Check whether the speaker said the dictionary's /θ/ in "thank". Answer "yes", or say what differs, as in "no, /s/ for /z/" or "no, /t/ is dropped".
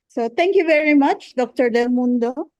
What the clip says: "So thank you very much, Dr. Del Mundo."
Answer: no, /t/ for /θ/